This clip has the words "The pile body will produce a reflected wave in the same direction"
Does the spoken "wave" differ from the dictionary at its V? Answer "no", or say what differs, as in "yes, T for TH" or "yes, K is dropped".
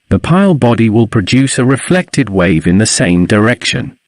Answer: no